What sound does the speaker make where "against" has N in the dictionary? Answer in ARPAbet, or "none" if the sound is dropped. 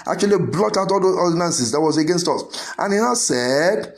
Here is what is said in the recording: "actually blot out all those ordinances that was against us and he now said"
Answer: N